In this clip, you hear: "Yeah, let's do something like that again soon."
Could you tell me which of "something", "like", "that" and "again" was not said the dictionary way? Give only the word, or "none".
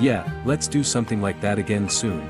none